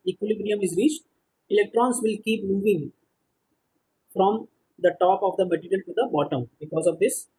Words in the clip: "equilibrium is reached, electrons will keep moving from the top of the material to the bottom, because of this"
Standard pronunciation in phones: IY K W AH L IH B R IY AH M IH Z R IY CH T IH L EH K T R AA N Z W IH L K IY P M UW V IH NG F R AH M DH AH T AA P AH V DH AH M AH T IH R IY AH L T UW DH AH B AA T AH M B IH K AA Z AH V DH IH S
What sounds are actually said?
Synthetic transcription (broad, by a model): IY K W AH L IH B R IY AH M IH Z R IY CH T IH L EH K T R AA N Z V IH L K IY P M UW V IH NG F R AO M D AH T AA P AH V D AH M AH T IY R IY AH L T UW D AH B AA T AH M B IH K AA Z AH V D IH S